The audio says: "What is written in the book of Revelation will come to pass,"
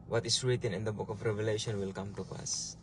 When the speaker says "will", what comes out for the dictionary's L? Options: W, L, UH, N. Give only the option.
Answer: L